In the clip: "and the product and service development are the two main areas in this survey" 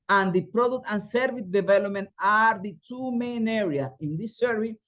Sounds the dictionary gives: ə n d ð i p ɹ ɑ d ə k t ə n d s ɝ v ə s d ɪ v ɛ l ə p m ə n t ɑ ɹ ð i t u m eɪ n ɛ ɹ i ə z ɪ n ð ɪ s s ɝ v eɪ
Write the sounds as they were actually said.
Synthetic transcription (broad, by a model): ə n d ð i p ɹ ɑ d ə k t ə n s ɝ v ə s d ɪ v ɛ l ə p m ə n t ɑ ɹ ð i t u m eɪ n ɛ ɹ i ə ɪ n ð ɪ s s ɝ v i